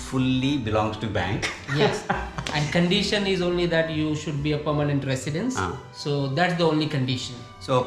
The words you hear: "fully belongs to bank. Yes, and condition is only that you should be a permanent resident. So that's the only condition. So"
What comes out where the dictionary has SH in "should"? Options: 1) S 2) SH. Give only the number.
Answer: 2